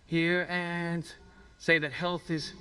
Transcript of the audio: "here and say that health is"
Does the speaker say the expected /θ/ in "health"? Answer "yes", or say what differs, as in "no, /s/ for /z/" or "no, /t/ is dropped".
yes